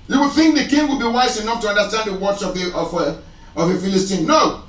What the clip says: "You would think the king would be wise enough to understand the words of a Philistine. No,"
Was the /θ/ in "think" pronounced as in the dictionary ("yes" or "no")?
yes